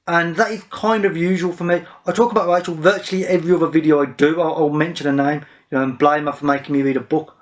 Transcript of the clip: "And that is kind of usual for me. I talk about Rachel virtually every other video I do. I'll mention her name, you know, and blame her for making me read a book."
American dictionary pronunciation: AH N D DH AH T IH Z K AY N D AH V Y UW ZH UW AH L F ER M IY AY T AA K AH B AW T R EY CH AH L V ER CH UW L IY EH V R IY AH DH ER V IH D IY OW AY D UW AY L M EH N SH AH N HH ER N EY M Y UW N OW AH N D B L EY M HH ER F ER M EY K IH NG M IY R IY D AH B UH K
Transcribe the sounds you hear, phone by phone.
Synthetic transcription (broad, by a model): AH N DH AH T IH Z K AY N D AH V Y UW ZH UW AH L F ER M IY AY T AA K AH B AW T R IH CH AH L V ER CH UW L IY EH V R IY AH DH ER V IH D IY OW AY D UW AY L M EH N SH AH N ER N EY M Y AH N OW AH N B L EY M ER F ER M EY K IH NG M IY R IY D AH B UH K